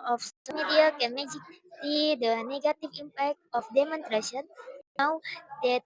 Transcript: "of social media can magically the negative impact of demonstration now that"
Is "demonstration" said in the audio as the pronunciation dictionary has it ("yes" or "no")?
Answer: no